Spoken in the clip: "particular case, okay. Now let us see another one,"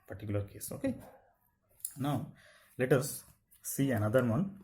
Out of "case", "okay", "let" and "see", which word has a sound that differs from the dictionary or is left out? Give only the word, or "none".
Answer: none